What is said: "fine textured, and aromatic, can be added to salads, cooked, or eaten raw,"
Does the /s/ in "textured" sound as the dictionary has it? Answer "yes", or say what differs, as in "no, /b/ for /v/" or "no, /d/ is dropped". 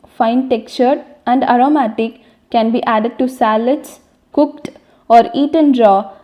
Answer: no, /s/ is dropped